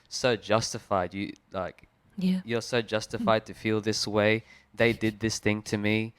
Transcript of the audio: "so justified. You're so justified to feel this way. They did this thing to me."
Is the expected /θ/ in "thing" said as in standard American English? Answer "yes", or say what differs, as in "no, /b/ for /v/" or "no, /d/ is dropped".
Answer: yes